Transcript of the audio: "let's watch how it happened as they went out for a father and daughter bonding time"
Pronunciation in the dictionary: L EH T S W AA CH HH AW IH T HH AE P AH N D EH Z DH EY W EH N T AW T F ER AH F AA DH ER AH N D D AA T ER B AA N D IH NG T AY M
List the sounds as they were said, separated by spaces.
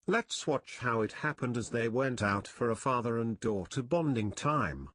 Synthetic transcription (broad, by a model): L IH T S W AA CH HH AW IH T HH AE P AH N D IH Z DH EY W EH N T AW T F ER AH F AA DH ER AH N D D AA T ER B AA N D IH NG T AY M